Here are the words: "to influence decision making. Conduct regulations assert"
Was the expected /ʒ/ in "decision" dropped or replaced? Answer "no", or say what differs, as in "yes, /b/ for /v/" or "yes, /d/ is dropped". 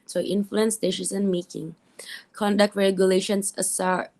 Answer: yes, /s/ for /ʒ/